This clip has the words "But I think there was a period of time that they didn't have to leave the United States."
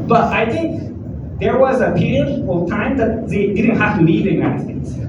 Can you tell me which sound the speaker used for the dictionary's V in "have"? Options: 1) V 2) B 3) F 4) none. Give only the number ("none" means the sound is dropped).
3